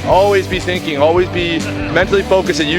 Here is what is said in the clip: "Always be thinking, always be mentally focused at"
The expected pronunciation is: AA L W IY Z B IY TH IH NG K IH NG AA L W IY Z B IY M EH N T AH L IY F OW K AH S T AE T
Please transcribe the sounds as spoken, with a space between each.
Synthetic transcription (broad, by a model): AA L W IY Z B IY TH IH NG K IH NG AA L W IY Z B IY M EH N T AH L IY F OW K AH S IH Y